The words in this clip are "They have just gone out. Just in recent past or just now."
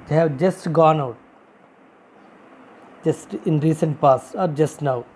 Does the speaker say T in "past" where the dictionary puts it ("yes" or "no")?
no